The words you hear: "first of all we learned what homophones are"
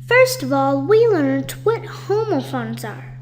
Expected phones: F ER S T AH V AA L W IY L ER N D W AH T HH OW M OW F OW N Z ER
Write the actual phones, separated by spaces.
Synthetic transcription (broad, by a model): F ER S T AH V AA L W IY L ER N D W AH T HH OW M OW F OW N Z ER